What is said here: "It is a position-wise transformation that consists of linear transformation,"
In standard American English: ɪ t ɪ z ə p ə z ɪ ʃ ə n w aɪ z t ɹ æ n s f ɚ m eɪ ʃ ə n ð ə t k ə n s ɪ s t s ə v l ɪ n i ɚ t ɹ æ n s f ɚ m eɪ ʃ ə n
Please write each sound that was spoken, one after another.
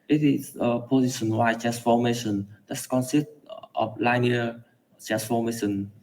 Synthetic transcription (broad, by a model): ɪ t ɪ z ə p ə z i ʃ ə n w aɪ t ɹ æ n s f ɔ m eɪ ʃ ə n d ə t k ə n s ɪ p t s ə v l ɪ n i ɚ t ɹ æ n s f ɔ m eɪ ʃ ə n